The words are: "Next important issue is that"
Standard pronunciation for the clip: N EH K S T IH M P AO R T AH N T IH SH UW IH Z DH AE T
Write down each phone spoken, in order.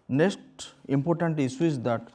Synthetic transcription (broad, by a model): N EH K S T IH M P AO R T AH N T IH S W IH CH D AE T